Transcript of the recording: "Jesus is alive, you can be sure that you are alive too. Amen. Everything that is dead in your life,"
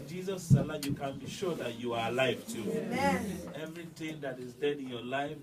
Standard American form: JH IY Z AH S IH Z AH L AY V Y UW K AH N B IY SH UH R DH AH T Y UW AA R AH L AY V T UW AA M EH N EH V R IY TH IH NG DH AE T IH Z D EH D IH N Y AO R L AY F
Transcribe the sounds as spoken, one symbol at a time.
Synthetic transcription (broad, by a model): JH IY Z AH S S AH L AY Y UW K AH N B IY SH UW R DH AH T Y UW AA R AH L AY V T UW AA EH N EH V R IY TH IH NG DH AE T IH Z D EH D IH N Y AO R L AY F